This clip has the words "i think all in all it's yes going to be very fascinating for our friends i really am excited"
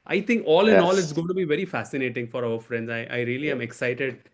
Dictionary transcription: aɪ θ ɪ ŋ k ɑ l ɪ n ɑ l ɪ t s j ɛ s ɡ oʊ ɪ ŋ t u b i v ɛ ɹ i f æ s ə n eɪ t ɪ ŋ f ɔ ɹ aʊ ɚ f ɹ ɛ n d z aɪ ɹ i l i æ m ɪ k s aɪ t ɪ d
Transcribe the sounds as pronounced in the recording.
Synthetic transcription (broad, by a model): aɪ t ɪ ŋ k ɑ l ɪ n ɑ l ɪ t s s ɡ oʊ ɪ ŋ t u b i v ɛ ɹ i f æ s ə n eɪ t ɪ ŋ f ɔ ɹ aʊ ɚ f ɹ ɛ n d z aɪ ɹ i l i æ m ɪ k s aɪ t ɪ d